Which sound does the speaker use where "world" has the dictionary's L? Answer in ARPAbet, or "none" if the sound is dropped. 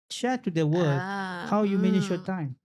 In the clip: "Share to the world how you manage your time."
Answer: none